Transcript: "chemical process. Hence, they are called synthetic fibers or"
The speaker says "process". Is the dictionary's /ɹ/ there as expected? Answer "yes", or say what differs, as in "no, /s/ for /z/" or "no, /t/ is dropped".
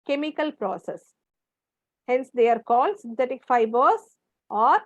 yes